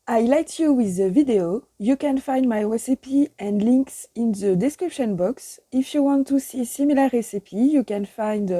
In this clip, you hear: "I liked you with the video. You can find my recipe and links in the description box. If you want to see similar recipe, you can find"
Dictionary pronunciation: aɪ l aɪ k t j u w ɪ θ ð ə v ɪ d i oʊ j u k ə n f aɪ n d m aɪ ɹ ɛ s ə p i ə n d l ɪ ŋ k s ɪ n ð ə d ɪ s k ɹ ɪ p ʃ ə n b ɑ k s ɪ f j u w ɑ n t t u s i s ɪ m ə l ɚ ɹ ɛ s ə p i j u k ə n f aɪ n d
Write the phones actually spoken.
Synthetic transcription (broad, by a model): aɪ l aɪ t j u w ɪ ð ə v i d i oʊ j u k ə n f aɪ n d m aɪ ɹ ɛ s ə p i ə n d l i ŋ k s ɪ n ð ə d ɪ s k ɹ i p ʃ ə n b ɑ k s ɪ f j u w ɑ n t t u s i s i m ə l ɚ ɹ ɛ s ə p i j u k ə n f aɪ n d